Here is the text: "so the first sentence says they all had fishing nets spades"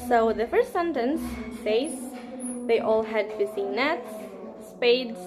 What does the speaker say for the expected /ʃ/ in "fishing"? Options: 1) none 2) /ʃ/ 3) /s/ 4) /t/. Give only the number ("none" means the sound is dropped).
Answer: 3